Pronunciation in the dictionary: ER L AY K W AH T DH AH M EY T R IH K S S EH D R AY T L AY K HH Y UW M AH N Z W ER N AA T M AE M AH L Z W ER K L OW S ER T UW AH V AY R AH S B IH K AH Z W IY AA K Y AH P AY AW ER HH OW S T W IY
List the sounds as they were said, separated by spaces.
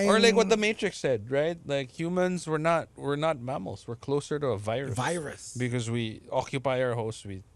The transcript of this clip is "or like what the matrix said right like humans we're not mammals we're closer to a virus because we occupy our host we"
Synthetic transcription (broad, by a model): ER L AY K W AH T DH AH M EY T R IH K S S EH D R AY T L AY K HH Y UW M AH N Z W ER N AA T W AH M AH L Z W ER K L OW S ER T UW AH V AY R AH S B IH K AH Z W IY AA K Y AH P AY AW ER HH OW S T W IY